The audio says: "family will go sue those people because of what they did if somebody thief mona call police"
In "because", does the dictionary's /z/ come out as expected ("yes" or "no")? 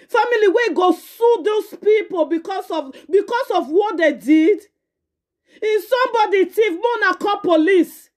no